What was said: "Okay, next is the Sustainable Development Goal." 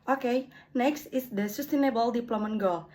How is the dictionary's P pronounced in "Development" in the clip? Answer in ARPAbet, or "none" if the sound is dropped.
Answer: none